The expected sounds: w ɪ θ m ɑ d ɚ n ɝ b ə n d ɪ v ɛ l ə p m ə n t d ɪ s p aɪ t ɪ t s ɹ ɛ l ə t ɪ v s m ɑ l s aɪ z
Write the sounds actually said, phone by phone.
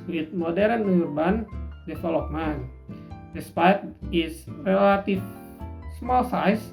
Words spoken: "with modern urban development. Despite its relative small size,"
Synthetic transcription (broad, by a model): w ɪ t m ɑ d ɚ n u b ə n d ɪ f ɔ l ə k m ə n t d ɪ s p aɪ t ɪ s ɹ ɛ l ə t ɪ f s m ɑ l s aɪ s